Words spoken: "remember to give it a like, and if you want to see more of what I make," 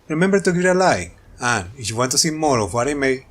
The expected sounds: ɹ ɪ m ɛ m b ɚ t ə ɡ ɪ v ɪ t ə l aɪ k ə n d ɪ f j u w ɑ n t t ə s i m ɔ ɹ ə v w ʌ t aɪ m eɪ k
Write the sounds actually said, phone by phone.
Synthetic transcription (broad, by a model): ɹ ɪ m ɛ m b t ə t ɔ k ɪ t ə l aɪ ə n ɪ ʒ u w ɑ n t t ə s i m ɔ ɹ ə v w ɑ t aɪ m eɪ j